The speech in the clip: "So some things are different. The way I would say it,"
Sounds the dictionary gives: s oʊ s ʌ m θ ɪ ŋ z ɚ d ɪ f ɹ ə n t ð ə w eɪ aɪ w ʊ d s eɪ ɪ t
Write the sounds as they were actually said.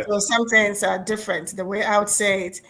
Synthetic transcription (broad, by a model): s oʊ s ʌ m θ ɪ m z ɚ d ɪ f ɹ ə n t ð ə w eɪ aɪ w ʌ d s eɪ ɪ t